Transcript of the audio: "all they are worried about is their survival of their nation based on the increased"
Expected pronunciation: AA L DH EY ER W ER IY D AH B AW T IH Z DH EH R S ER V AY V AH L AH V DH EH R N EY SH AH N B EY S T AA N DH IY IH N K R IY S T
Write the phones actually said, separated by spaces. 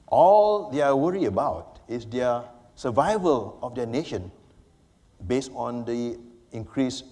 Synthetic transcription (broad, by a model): AA L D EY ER W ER IY AH B AW T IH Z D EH S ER V AY V AH L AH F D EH N EY SH AH N B EY S T AA N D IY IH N K R IY S